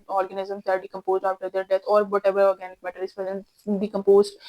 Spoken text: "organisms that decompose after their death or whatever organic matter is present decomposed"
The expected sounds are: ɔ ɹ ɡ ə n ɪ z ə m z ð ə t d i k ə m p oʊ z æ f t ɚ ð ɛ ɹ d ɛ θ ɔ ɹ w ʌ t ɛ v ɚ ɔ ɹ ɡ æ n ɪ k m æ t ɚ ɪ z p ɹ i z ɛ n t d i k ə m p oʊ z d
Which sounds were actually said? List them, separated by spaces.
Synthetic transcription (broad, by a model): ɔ ɹ ɡ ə n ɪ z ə m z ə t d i k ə m p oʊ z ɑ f t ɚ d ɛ ɹ d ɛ t ɔ ɹ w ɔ t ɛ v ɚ ɔ ɹ ɡ æ n ɪ k m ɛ t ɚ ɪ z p i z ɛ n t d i k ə m p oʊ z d